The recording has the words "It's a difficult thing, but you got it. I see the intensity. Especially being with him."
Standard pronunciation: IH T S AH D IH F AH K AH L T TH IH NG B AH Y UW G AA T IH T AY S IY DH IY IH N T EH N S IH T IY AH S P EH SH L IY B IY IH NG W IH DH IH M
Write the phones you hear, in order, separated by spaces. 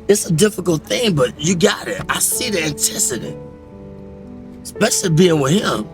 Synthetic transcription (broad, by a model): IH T S AH D IH F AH K L T TH IH NG B AH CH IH G AA T IH T AY S IY DH IY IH N T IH S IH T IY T S P EH SH L IY B IY IH NG W IH DH IH M